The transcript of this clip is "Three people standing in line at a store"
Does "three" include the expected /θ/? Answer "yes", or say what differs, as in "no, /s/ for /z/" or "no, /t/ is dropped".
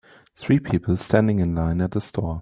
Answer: yes